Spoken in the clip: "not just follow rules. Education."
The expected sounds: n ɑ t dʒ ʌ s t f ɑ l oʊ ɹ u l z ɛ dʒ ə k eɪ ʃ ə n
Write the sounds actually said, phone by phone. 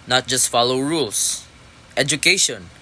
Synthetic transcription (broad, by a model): n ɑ t dʒ ʌ s t f ɑ l oʊ ɹ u l s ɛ dʒ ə k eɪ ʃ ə n